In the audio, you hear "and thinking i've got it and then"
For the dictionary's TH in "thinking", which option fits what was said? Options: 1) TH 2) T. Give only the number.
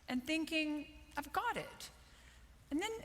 1